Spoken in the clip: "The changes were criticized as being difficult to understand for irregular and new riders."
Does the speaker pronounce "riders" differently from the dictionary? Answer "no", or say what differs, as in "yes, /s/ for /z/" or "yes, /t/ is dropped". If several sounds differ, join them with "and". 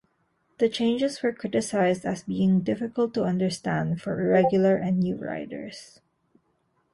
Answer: yes, /s/ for /z/